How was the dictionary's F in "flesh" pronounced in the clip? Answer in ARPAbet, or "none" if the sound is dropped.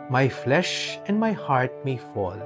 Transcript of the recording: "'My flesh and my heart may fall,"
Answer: F